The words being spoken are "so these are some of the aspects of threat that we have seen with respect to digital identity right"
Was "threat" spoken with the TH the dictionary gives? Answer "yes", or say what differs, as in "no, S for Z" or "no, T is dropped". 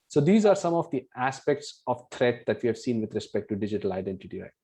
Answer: no, T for TH